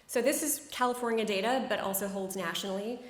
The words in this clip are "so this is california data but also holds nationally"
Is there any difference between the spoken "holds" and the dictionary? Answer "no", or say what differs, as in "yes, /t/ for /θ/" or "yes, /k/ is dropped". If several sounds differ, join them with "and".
no